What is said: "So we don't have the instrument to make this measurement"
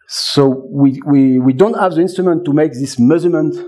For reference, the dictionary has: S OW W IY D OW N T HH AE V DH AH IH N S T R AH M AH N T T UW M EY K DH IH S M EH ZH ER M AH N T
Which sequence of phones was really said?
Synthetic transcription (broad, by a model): S OW W IY D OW N T HH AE V DH AH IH N S T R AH M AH N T T UW M EY K DH IH S M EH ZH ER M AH N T